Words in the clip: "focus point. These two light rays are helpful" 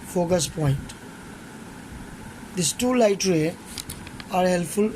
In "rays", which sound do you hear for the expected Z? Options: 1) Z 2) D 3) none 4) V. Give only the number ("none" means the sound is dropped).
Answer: 3